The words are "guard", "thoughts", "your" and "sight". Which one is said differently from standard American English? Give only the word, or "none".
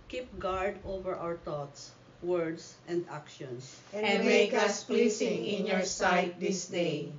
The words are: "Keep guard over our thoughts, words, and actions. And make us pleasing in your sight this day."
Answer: thoughts